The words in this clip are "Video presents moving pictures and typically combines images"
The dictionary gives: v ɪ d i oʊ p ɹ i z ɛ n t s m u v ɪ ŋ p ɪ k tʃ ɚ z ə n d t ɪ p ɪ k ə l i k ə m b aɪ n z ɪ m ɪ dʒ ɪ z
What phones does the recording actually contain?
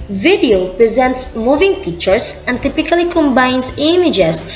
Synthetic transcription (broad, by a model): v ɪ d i oʊ p ɹ i z ɛ n t s m u v ɪ ŋ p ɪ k tʃ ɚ s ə n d t ɪ p ɪ k ə l i k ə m b aɪ n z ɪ m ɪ dʒ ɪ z